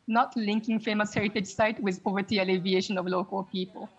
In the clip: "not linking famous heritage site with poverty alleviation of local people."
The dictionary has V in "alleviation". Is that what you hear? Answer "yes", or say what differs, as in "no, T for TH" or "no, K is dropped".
yes